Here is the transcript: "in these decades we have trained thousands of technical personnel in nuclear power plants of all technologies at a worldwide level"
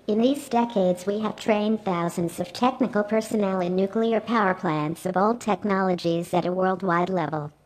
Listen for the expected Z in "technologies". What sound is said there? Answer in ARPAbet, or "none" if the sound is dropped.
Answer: Z